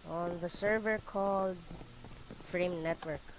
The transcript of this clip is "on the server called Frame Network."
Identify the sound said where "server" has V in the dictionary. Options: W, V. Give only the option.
V